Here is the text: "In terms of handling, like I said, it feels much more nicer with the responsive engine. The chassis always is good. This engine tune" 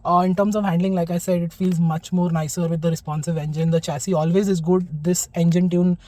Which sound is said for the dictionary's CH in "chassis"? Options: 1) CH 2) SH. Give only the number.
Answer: 1